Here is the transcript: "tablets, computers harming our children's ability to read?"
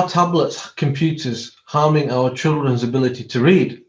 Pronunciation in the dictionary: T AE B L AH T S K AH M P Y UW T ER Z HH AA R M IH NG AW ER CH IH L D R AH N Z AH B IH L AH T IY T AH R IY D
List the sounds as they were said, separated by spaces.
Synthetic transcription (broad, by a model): T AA B L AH T S K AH M P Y UW T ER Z HH AA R M IH NG AW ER CH IH L D R AH N Z AH B IH L AH T IY T AH R IY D